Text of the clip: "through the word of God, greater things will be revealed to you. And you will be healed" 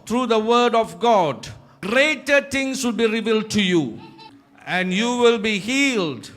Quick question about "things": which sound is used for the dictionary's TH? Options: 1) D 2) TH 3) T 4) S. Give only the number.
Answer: 3